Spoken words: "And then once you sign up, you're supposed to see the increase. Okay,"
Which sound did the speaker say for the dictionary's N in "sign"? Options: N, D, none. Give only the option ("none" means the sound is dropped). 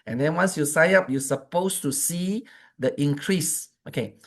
none